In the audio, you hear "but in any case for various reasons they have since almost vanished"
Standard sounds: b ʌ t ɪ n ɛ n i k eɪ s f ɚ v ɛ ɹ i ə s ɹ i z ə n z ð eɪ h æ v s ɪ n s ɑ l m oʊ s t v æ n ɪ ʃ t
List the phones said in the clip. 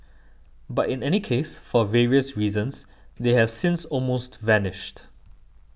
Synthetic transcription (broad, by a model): b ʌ t ɪ n ɛ n i k eɪ s f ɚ v ɛ ɹ i ə s ɹ i z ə n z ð eɪ h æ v s ɪ n s ɑ l m oʊ s t v æ n ɪ ʃ t